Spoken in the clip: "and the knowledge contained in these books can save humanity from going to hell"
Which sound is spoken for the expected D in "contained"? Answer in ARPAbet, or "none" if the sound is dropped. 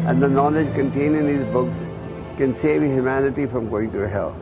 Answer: none